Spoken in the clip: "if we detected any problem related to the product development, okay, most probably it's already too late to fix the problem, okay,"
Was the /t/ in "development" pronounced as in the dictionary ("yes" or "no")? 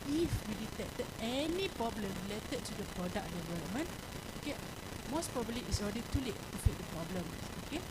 no